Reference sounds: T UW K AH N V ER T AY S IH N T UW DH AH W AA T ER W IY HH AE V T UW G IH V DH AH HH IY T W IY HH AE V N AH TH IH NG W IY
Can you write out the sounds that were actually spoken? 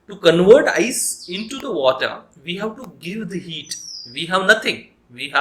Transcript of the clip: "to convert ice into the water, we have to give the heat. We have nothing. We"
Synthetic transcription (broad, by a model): T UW K AH N V ER T AY S IH N T UW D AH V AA T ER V IY HH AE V T UW G IH V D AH HH IY T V IY HH AE V N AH T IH NG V IY